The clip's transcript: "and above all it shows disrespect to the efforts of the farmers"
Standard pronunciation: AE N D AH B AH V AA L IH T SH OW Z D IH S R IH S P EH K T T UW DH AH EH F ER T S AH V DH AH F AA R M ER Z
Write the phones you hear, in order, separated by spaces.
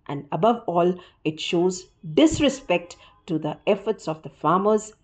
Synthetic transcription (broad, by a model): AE N D AH B AH V AA L IH T SH OW Z D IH S R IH S P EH K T T UW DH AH EH F ER T S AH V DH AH F AA M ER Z